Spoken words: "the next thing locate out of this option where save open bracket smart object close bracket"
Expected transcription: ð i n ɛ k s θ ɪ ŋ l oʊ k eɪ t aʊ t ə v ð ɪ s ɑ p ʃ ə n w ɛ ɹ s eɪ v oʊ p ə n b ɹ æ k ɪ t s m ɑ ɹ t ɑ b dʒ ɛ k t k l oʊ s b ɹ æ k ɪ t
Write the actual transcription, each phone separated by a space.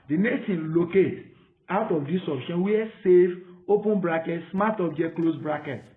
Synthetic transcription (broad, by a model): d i n ɛ k s t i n l oʊ k eɪ t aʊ t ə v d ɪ s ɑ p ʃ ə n w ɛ s eɪ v oʊ p ə n b ɹ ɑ k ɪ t s m ɑ t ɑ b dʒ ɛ t k l oʊ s b ɹ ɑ k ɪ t